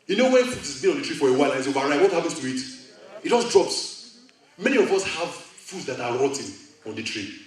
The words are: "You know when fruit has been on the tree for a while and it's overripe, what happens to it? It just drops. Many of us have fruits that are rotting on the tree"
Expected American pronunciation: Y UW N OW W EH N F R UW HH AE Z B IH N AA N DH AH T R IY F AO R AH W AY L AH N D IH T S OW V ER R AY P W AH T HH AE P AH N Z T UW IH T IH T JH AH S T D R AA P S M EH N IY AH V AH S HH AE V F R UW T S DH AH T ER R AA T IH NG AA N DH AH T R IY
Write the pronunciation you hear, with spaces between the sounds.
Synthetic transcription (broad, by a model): Y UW N OW W EH N F UW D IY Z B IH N AA N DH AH T R IY F AO R AH W AY L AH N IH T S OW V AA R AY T W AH T HH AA P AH N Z T UW IH T IH T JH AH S D R AA P S M EH N IY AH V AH S HH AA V F UW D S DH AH T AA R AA T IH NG AA N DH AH T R IY